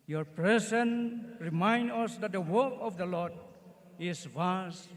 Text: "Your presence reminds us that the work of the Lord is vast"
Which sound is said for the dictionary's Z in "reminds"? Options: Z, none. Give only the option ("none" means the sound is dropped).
none